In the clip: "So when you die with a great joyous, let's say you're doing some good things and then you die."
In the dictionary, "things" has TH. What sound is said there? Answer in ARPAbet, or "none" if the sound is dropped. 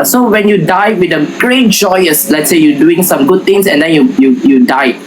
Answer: T